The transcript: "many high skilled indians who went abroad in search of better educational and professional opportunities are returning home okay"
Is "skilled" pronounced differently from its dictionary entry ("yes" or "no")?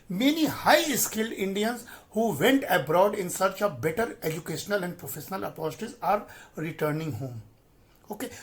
no